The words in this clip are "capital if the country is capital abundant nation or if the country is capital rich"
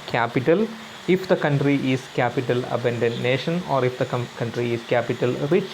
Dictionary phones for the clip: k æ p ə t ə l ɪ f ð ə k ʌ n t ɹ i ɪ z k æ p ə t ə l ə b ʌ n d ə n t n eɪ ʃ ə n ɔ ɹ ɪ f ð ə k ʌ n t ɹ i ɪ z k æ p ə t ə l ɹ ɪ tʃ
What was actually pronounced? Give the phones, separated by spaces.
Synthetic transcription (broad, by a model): k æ p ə t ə l ɪ f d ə k ʌ n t ɹ i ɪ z k æ p ə t ə l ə b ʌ n d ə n n eɪ ʃ ə n ɔ ɹ ɪ f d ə k ʌ n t ɹ i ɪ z k æ p ə t ə l ɹ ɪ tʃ